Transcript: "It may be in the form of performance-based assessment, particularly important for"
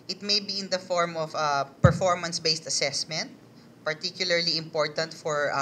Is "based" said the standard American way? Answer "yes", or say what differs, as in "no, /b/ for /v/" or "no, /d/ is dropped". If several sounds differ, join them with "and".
yes